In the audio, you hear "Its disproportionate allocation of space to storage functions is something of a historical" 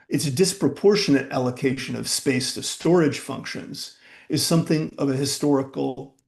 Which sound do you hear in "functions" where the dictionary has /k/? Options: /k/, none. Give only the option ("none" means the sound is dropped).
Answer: /k/